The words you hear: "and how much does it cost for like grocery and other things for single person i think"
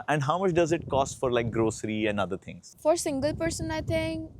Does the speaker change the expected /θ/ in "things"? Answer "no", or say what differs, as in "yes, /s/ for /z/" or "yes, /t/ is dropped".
yes, /t/ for /θ/